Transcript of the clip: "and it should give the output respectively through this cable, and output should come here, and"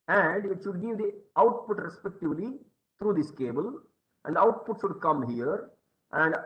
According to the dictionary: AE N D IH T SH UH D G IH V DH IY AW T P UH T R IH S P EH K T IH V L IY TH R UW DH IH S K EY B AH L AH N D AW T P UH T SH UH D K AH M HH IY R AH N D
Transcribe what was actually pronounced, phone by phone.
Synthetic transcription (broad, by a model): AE N D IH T SH UH D G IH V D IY AW T P UH T R IH S P EH K T IH V L IY T R UW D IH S K EY B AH L AH N D AW T P UH T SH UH D K AH M HH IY R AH N D